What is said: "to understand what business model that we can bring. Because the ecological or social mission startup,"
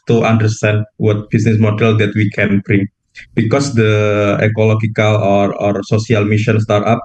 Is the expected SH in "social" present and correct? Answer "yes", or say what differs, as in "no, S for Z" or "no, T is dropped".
no, S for SH